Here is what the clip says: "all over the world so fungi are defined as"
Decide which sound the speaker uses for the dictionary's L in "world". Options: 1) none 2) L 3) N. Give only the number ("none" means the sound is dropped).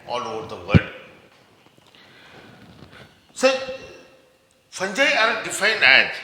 1